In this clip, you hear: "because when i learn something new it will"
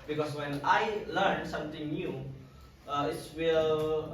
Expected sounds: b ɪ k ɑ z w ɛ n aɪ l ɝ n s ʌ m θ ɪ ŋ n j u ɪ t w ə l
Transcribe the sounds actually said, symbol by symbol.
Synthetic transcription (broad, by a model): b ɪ k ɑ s w ɛ n aɪ l ɝ n s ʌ m t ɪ ŋ n j u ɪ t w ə l